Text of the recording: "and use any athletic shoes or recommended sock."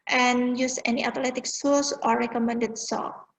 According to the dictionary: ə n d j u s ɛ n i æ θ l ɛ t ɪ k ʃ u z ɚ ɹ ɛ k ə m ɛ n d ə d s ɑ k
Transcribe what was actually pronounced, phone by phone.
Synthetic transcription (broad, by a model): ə n j u s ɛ n i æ t l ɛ t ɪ k s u s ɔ ɹ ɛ k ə m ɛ n d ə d s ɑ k